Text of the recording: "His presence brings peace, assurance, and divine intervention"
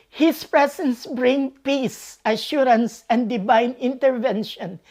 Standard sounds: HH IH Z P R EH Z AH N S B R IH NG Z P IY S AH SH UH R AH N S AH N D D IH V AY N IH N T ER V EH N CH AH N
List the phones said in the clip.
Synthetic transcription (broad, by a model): HH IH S P R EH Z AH N S B R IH NG P IY S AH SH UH R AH N S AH N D D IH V AY N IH N T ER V EH N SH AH N